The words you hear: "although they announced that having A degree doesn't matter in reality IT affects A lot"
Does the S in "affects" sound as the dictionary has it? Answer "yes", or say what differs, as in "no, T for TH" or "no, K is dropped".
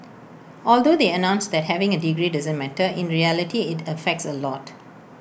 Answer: yes